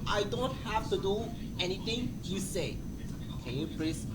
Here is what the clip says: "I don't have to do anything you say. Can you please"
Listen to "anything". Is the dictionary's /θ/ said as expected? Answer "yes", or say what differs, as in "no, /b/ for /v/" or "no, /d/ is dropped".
no, /t/ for /θ/